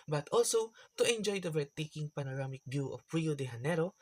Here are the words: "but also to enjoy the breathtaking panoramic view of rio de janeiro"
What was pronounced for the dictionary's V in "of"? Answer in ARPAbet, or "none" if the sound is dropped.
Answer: P